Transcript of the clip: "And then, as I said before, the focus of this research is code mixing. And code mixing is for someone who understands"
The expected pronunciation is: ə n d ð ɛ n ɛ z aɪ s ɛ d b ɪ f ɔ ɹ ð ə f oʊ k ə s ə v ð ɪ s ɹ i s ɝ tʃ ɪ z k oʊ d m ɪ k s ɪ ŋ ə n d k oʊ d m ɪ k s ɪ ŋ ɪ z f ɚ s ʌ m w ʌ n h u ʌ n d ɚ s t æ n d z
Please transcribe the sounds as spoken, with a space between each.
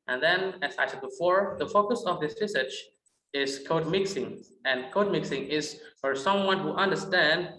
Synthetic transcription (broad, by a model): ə n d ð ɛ n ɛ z aɪ s ɛ d b ɪ f ɔ ɹ ð ə f oʊ k ə s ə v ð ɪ s ɹ i s ɝ tʃ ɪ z k oʊ d m ɪ k s ɪ ŋ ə n k oʊ d m ɪ k s ɪ ŋ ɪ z f ɚ s ʌ m w ʌ n h u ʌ n d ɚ s t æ n d